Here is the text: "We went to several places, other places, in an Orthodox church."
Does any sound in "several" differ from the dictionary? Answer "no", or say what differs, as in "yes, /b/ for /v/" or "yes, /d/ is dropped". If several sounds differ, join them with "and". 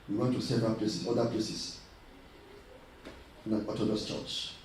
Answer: yes, /ɹ/ is dropped